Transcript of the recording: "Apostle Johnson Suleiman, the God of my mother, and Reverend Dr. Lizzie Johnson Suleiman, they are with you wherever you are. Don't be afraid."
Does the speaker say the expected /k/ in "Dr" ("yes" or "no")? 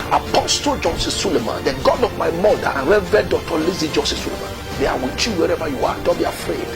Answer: no